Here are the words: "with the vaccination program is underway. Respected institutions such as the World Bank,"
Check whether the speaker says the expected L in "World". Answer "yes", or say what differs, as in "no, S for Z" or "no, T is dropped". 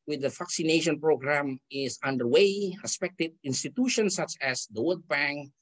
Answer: no, L is dropped